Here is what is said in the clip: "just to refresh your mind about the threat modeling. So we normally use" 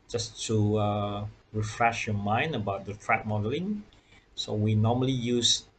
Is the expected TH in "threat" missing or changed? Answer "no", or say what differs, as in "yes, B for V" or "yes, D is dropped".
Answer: yes, T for TH